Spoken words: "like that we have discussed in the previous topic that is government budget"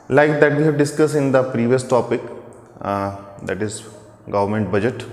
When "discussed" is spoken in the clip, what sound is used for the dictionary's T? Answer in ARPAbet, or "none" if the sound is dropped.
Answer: none